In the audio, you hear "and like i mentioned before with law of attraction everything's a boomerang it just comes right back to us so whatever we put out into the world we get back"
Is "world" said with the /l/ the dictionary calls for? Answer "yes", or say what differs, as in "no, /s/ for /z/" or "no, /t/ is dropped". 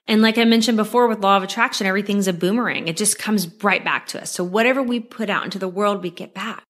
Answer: yes